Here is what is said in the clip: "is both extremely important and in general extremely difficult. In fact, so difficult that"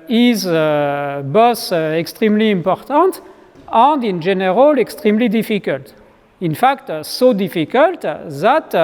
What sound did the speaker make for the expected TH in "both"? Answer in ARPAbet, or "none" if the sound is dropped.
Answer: S